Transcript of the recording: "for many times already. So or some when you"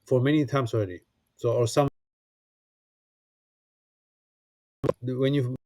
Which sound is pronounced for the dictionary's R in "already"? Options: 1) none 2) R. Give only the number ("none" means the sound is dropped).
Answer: 2